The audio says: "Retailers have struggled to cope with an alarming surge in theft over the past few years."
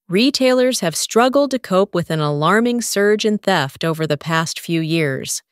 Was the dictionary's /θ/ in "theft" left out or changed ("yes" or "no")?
no